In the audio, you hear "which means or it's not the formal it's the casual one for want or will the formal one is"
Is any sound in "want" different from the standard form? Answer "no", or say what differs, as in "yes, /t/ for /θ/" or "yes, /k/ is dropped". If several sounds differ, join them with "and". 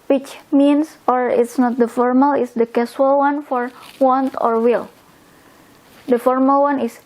no